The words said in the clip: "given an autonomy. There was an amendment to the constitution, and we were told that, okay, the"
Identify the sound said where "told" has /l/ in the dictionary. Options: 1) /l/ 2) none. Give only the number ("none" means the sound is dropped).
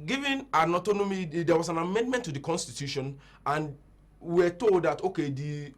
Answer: 1